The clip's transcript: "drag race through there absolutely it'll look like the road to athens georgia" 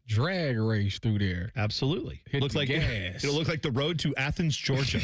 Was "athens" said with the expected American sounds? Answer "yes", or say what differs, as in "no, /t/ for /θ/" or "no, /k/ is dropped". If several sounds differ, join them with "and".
yes